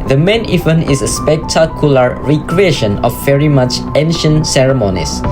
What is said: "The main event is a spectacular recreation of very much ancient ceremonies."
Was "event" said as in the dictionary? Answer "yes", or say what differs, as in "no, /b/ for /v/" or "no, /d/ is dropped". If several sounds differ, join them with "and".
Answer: no, /t/ is dropped